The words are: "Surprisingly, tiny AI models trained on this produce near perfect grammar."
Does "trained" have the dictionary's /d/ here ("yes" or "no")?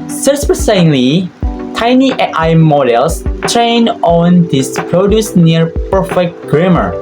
no